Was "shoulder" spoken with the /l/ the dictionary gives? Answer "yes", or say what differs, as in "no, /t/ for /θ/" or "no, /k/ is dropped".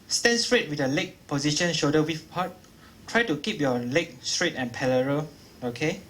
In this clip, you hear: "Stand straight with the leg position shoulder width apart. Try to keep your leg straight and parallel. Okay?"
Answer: no, /l/ is dropped